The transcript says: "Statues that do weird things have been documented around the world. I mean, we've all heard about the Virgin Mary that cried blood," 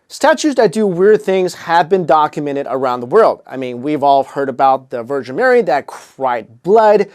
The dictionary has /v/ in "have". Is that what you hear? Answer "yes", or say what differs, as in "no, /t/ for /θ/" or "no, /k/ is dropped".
yes